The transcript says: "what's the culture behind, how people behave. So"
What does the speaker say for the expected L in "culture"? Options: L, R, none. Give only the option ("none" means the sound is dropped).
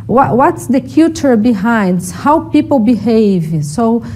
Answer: none